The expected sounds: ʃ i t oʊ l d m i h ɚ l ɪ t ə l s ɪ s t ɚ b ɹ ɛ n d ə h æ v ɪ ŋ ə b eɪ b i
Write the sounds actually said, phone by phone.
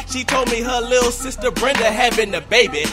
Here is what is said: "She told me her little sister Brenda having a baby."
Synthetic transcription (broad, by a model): ʃ i t oʊ l d m i h ɚ l ɪ t l s ɪ s t ɚ b ɹ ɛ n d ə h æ b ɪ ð ə b eɪ b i